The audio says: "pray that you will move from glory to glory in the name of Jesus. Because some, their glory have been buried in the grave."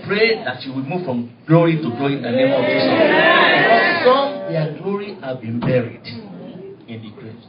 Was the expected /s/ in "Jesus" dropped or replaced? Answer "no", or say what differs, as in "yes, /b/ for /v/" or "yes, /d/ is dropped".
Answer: yes, /s/ is dropped